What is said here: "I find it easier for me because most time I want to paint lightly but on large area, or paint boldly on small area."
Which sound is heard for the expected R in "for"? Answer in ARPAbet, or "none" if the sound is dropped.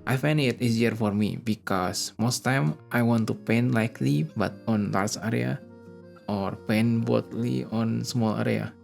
R